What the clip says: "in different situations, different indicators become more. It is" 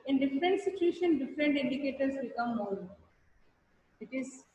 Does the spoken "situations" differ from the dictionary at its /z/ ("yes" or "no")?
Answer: yes